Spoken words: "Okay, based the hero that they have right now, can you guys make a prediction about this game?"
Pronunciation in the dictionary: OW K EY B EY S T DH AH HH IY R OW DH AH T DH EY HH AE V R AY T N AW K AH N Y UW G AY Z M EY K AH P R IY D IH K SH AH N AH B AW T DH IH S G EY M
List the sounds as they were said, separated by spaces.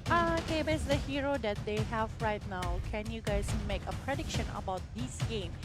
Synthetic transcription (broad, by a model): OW K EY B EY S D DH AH HH IY R OW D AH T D EY HH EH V R AY T N AW K AH N Y UW G AY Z M EY K AH P R IY D IH K SH AH N AH B AW T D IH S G EY M